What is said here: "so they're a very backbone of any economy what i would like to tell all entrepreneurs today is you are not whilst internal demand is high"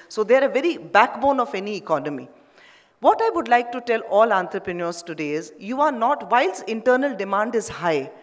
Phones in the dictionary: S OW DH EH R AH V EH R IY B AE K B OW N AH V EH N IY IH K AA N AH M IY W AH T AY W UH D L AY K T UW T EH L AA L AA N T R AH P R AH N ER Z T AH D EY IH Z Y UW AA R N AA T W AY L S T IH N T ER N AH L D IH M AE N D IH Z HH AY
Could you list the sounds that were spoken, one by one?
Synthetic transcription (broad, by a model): S OW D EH R AH V EH R IY B AE K B OW N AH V EH N IY IH K AA N AH M IY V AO T AY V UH D L AY K T UW T EH L AA L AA N T R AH P R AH N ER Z T AH D EY IH Z Y UW AA R N AA T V AY L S IH N T ER N AH L D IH M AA N D IH Z HH AY